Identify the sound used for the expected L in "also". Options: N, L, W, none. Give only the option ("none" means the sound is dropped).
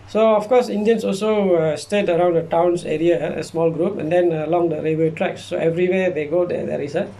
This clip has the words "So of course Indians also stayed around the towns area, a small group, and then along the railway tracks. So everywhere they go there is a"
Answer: L